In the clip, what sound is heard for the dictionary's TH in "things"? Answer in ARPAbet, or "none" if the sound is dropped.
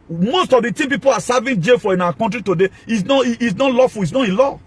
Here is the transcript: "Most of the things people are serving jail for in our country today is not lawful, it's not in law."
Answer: T